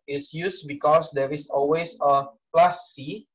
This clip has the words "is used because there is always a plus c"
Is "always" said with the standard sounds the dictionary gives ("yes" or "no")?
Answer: no